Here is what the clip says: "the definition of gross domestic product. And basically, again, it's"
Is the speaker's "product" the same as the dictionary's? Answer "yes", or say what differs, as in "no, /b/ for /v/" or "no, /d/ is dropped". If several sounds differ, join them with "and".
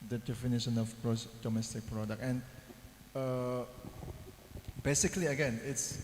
no, /t/ is dropped